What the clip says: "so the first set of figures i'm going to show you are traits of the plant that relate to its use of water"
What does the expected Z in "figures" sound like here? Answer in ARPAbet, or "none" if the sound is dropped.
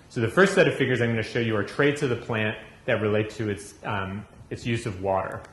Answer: Z